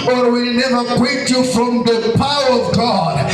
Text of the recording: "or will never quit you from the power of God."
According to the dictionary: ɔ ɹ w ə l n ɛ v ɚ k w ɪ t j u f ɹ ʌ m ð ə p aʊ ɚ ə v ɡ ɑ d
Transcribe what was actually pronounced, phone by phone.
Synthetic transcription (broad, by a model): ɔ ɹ w ə l n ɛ v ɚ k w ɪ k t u f ɹ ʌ m ð ə p aʊ ɚ ə v ɡ ɑ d